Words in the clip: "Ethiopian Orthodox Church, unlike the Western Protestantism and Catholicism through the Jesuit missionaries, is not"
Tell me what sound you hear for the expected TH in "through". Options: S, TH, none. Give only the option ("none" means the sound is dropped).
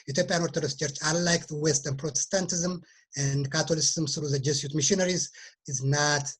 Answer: S